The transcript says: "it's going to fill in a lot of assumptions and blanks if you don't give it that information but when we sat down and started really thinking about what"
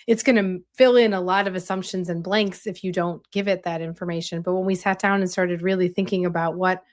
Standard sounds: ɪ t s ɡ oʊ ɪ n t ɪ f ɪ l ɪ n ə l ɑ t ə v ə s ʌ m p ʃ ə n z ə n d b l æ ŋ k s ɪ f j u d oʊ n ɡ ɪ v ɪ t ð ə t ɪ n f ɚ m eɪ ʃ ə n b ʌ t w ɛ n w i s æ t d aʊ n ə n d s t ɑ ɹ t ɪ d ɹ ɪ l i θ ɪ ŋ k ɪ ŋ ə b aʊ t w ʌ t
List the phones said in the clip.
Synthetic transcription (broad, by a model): ɪ t s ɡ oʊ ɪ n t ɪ f ɪ l ɪ n ə l ɑ t ə v ə s ʌ m p ʃ ə n z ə n b l æ ŋ k s ɪ f j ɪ d oʊ n ɡ ɪ v ɪ t ð ə t ɪ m f ɚ m eɪ ʃ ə n b ʌ t w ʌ n w i s æ t d aʊ n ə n s t ɑ ɹ t ɪ d ɹ ɪ l i θ ɪ ŋ k ɪ ŋ ə b aʊ t w ʌ t